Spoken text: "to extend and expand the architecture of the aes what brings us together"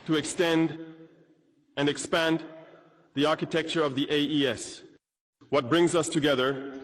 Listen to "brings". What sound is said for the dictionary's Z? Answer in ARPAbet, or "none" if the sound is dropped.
Z